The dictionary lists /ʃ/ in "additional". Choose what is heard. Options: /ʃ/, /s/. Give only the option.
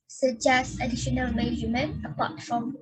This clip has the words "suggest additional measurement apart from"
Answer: /ʃ/